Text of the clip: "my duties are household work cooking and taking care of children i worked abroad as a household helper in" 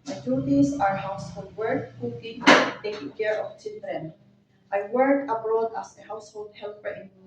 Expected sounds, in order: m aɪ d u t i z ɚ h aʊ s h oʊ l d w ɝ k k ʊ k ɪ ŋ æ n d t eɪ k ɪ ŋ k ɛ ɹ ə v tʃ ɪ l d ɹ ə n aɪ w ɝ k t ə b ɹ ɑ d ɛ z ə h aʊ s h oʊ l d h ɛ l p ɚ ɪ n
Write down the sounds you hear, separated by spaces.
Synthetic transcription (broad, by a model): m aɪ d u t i s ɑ h aʊ s h oʊ l d w ɝ k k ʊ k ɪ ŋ t eɪ k ɪ ŋ k ɛ ɹ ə f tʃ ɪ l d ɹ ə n aɪ w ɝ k ə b ɹ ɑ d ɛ s ə h aʊ s h oʊ l d h ɛ l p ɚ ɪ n